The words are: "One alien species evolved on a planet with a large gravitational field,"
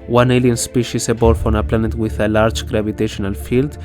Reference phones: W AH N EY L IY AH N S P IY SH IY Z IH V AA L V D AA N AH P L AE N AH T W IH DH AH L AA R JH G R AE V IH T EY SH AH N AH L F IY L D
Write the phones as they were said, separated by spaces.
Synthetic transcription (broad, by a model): W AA N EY L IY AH N S P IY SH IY S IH B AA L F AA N AH P L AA N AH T W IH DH AH L AA R JH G R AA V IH T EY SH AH N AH L F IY L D